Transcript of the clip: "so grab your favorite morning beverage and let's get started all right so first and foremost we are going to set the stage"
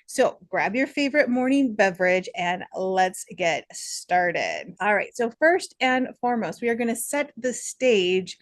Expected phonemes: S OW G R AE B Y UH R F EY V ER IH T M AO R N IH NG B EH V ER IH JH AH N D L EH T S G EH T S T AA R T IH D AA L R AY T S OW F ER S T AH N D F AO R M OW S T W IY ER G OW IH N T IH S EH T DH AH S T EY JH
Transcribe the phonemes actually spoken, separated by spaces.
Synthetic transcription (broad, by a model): S OW G R AE B Y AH R F EY V ER IH T M AO R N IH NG B EH V ER IH JH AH N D L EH T S G EH T S T AA R T IH D AA L R AY T S OW F ER S T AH N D F AO R M OW S T W IY ER G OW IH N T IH S EH T DH AH S T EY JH